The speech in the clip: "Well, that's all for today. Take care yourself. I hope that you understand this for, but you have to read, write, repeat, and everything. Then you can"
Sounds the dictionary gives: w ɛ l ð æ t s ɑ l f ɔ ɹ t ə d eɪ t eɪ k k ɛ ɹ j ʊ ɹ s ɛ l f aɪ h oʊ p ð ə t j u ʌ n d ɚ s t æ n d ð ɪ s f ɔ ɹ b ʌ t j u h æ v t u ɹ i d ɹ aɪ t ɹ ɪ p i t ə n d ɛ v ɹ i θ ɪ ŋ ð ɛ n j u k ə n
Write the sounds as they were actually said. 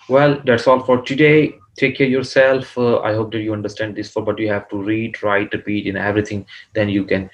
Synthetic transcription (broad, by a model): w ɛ l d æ t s ɑ l f ɔ ɹ t ə d eɪ t eɪ k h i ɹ j ʊ ɹ s ɛ l f aɪ h oʊ p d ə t j u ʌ n d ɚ s t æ n d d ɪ s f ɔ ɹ b ʌ t j u h æ v t u ɹ i d ɹ aɪ t ɹ ɪ p i t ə n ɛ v ɹ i t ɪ ŋ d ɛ n j u k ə n